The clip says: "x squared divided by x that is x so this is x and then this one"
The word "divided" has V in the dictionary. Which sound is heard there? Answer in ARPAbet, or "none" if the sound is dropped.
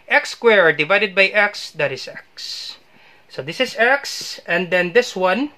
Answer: V